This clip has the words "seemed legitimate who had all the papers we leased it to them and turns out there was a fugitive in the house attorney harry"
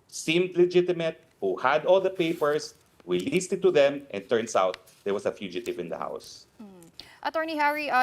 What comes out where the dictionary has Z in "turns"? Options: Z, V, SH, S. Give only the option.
S